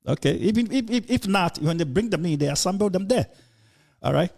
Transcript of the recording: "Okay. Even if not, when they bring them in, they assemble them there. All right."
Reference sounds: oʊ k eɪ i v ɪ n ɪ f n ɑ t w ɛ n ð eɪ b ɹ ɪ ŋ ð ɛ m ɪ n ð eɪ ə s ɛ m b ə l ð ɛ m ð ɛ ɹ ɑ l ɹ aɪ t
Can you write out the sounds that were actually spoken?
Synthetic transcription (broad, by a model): oʊ k eɪ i f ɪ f ɪ f n ɑ t w ɛ n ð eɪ b ɹ ɪ ŋ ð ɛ m ɪ n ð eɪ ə s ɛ m b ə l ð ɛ m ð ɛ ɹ ɑ l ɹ aɪ t